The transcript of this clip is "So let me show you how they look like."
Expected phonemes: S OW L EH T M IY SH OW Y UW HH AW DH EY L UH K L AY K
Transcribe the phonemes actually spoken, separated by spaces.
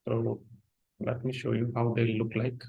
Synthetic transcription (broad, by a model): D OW L EH T M IY SH OW Y UW HH AW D EY L UH K L AY K